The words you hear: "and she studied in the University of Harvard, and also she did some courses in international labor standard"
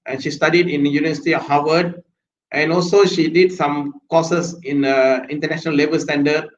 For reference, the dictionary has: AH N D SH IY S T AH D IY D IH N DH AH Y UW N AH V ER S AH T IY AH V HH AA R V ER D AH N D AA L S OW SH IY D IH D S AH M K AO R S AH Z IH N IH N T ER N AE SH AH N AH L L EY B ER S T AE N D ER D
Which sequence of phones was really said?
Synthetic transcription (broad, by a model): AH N SH IY S T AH D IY D IH N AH Y UW N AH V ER S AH T IY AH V HH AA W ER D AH N AA L S OW SH IY D IH D S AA M K AO S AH S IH N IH N T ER N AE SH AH N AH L L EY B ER S T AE N D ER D